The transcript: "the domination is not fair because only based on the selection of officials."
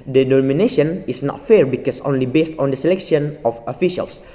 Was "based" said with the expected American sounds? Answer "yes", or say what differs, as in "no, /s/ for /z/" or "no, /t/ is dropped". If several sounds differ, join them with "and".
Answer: yes